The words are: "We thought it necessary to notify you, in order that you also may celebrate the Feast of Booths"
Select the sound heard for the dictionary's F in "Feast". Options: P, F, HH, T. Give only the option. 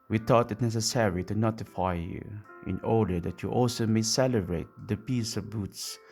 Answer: P